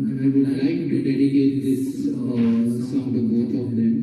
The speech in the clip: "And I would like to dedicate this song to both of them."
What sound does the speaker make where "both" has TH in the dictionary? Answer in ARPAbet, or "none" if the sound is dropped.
T